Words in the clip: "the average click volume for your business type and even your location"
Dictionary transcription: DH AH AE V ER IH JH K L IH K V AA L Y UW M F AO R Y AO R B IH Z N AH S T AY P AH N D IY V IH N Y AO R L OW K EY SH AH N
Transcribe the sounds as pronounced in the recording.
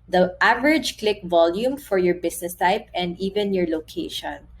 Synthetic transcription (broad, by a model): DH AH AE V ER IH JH K L IH K V AA L Y UW M F AO R Y AO R B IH S N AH S T AY P AH N D IY V IH N Y AO R L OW K EY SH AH N